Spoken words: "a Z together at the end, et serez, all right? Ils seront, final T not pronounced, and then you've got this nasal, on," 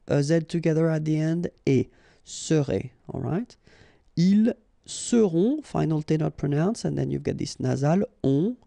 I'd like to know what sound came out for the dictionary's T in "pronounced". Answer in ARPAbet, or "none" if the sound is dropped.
none